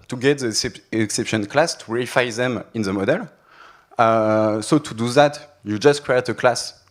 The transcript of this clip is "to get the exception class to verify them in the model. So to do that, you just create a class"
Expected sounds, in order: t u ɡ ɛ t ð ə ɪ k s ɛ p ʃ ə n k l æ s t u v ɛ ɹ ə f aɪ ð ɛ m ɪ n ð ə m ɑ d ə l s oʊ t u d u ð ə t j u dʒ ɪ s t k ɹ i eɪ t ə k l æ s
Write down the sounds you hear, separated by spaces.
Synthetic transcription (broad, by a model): t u ɡ ɛ t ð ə ɪ k s ɛ p ʃ ə n k l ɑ s t u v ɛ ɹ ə f aɪ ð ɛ m ɪ n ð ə m ɑ d ə l s oʊ t u d u ð ə t j u dʒ ɪ s t k ɹ i eɪ t ə k l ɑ s